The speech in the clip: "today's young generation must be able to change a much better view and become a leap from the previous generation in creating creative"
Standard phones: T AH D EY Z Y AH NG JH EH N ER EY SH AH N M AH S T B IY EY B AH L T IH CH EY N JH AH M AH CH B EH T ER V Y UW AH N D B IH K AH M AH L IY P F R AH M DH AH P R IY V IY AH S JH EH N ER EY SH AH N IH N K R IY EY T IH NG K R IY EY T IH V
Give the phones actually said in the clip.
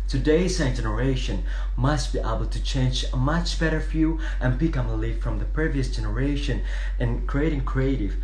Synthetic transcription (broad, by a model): T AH D EY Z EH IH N JH EH N ER EY SH AH N M AH S T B IY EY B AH L T IH CH EY N JH AH M AH CH B EH T ER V Y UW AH N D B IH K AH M AH L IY F F R AH M DH AH P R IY V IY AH S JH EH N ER EY SH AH N IH N K R IY EY T IH NG K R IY EY T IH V